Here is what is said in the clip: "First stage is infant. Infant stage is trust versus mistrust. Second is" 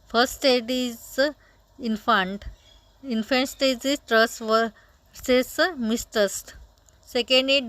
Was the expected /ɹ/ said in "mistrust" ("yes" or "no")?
no